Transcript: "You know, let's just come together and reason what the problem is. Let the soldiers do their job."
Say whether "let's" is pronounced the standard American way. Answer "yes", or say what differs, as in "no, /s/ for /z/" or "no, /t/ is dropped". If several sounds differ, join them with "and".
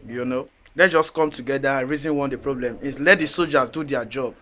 no, /s/ is dropped